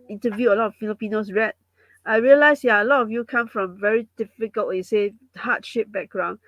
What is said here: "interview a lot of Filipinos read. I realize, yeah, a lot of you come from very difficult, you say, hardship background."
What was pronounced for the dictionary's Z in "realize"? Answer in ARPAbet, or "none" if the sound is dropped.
S